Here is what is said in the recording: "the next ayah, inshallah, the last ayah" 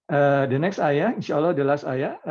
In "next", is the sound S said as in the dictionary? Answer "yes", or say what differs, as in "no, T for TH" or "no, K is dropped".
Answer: yes